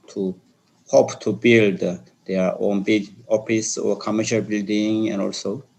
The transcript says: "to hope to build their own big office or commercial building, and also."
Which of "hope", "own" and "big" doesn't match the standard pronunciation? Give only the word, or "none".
big